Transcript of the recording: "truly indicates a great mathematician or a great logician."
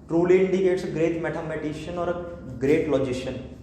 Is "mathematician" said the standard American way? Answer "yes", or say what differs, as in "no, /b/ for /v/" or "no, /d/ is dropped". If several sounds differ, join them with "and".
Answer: no, /t/ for /θ/